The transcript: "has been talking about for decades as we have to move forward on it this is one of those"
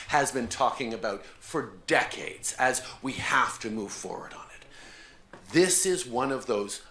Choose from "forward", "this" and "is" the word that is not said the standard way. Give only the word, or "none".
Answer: none